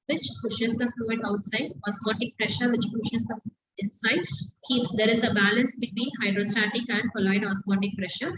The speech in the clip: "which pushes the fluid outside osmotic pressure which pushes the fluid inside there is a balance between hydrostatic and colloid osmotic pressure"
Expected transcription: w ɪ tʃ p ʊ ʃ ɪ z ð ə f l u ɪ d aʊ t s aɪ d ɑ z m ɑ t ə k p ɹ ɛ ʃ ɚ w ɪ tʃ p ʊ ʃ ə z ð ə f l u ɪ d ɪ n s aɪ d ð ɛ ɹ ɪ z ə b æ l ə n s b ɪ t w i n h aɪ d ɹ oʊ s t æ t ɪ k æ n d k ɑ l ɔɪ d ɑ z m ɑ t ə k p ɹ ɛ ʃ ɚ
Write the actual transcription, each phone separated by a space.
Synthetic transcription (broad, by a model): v ɪ tʃ p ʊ ʃ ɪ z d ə f l u ɪ d aʊ t s aɪ d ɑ s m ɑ t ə k p ɹ ɛ ʃ ɚ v ɪ tʃ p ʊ ʃ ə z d ə f l u ɪ d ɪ n s aɪ d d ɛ ɹ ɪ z ə b æ l ə n s b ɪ t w i n h aɪ d ɹ oʊ s t æ t ɪ k æ n d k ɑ l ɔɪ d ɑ s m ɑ t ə k p ɹ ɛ ʃ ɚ